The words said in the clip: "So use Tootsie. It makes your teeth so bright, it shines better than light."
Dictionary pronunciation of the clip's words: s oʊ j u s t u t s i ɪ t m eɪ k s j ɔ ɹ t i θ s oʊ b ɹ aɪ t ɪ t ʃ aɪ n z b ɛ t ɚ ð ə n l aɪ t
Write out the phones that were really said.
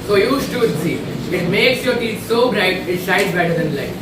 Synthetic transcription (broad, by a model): s oʊ j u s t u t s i ɪ t m eɪ k s j ɔ ɹ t i t s oʊ b ɹ aɪ t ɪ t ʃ aɪ z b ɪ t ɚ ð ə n l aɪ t